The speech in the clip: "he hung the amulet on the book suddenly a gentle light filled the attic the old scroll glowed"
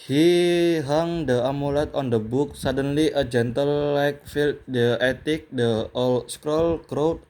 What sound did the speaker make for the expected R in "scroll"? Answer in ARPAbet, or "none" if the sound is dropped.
R